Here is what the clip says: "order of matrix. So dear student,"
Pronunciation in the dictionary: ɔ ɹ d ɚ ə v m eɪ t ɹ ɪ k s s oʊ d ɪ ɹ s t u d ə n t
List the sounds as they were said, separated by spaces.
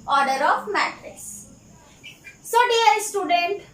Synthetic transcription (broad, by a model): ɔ ɹ d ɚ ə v m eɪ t ɹ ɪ s s oʊ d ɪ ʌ s t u d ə n t